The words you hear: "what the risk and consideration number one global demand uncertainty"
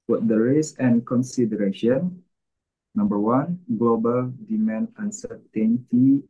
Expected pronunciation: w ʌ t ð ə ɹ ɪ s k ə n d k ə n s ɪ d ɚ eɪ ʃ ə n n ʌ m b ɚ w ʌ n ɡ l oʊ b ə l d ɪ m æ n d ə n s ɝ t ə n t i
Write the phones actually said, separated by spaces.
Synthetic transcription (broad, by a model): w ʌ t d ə ɹ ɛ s ə n k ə n s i d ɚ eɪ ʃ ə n n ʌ m b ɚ w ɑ n ɡ l oʊ b ə l d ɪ m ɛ n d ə n s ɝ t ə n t i